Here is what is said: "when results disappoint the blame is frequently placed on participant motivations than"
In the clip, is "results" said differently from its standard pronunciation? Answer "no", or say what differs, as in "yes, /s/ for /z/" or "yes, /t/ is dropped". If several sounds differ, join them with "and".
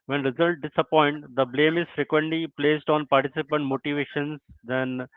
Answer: yes, /s/ is dropped